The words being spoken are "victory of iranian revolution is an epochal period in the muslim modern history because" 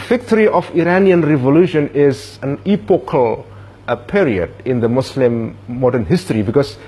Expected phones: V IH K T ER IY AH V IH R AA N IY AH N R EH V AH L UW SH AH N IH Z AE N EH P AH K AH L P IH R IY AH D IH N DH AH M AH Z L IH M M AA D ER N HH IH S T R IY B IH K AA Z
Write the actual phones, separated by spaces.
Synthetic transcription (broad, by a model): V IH K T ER IY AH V IH R AA N IY AH N R EH V AH L UW SH AH N IH Z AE N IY P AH K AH L P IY R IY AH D IH N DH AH M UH S L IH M M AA D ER N HH IH S T R IY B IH K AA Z